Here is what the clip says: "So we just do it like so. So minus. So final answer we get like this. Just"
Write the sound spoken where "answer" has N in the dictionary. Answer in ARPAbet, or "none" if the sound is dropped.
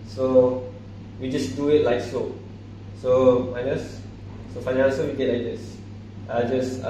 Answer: none